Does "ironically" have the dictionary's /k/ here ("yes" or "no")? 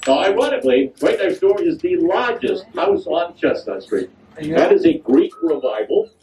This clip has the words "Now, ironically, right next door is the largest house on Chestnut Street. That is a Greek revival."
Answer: no